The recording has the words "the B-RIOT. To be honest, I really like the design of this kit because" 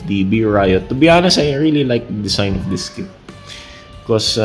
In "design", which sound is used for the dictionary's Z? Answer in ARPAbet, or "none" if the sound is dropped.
S